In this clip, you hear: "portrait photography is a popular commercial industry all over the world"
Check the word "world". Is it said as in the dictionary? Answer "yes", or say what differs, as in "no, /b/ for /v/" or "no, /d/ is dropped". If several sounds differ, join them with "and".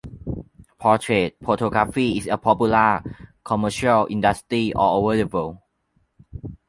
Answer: no, /d/ is dropped